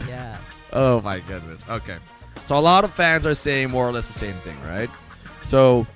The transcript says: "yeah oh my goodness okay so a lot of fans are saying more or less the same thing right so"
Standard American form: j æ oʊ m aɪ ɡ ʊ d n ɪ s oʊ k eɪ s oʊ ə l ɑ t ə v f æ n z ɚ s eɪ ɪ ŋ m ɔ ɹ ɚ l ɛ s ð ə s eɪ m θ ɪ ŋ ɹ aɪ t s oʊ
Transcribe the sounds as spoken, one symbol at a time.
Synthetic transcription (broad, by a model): j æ oʊ m aɪ ɡ ʊ d n ɪ s oʊ k eɪ s oʊ ə l ɑ t ə v f æ n z ɚ s eɪ ɪ ŋ m ɔ ɹ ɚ l ɛ s ð ə s eɪ m θ ɪ ŋ ɹ aɪ t s oʊ